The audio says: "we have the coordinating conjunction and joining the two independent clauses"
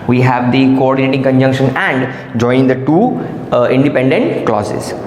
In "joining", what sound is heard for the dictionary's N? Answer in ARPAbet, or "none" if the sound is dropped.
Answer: none